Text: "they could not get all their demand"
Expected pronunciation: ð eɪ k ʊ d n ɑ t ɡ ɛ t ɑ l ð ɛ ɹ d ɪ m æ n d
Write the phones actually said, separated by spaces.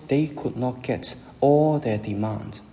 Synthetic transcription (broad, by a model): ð eɪ k ʊ d n ɑ t ɡ ɛ t ɑ l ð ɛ d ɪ m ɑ n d